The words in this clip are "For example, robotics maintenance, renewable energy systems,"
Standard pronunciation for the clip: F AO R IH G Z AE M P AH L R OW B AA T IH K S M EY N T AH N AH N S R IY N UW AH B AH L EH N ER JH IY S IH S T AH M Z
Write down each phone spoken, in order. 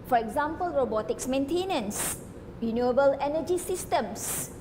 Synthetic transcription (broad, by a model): F AO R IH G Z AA M P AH L R OW B AA T IH K S M EY N T AH N AH N S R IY N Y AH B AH L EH N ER JH IY S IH S T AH M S